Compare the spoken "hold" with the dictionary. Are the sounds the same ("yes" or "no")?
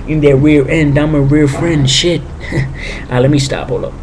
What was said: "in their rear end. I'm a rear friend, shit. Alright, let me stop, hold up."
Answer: no